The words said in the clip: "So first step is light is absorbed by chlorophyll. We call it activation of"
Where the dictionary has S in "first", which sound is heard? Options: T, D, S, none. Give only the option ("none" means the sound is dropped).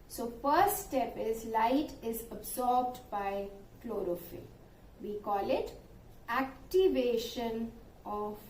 none